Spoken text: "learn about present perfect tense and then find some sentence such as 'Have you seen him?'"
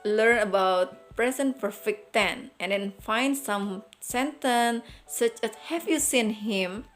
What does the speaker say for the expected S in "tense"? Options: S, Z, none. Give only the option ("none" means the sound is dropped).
none